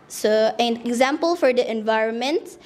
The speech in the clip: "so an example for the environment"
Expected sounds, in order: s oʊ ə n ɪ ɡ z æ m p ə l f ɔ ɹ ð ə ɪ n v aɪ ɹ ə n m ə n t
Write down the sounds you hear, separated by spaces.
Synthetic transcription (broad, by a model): s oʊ ə n ɪ ɡ z æ m p ə l f ɔ ɹ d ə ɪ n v aɪ ɹ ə n m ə n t